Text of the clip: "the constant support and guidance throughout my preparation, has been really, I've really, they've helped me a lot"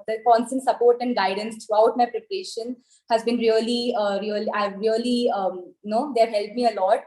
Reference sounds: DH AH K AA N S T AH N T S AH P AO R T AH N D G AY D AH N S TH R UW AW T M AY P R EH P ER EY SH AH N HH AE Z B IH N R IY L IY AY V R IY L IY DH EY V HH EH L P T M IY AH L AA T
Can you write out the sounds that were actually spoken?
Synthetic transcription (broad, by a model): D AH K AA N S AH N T S AH P AO R T AH N D G AY D AH N S T R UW AW T M AY P R EH P ER EY SH AH N HH AE Z B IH N R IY L IY AY V R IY L IY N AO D HH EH L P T M IY AH L AA T